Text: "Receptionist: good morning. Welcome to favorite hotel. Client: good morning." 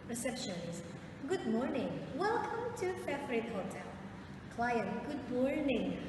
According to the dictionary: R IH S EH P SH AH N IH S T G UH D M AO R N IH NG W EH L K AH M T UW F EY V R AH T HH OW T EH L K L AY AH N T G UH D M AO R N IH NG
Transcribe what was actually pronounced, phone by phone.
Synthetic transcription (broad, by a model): R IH S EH P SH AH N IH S G UH D M AO R N IH NG W EH L K AH M T UW F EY F R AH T HH OW T EH L K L AY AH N G UH D M AO R N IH NG